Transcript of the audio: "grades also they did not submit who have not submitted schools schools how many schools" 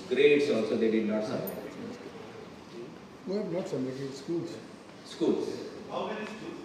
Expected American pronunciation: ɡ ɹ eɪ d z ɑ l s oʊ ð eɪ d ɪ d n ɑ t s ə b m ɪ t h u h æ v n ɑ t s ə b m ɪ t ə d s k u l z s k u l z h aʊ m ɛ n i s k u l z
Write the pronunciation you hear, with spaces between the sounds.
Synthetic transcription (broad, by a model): ɡ ɹ eɪ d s ɑ l s oʊ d eɪ d ɪ d n ɑ t s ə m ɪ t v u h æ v n ɑ t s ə m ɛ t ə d s k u l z s k u l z h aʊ m ɛ n i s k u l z